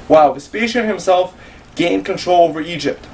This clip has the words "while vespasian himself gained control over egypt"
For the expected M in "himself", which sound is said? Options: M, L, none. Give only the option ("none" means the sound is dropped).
M